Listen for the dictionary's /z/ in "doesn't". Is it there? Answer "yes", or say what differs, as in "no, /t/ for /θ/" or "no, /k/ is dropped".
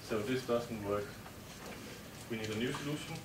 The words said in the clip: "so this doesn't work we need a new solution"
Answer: no, /s/ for /z/